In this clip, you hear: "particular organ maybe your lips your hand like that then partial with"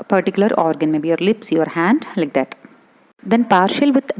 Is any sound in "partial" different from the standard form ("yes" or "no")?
no